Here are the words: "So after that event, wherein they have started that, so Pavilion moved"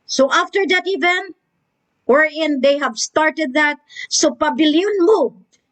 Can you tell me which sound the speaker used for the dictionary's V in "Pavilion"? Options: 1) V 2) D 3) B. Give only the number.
3